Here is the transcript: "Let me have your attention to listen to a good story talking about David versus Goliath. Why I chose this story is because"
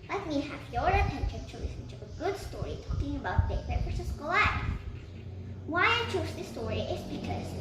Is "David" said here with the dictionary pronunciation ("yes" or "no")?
no